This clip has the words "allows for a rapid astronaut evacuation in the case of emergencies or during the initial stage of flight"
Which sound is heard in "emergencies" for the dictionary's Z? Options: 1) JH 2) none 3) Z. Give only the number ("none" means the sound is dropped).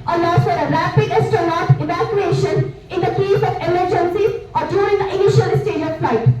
2